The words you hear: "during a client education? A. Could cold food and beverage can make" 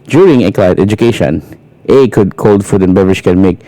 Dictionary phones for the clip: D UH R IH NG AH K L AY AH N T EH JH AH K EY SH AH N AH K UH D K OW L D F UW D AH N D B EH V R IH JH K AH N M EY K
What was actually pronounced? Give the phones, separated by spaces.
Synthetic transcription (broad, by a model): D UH R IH NG AH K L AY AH T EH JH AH K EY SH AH N AH K UH D K OW L D F UW D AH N B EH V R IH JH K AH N M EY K